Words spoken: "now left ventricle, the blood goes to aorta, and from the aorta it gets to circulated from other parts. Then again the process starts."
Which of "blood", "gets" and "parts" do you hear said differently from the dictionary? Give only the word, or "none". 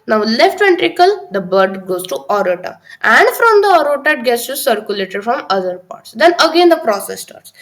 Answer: blood